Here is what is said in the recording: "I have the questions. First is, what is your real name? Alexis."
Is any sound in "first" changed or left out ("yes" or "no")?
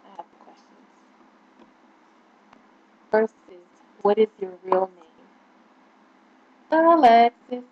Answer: yes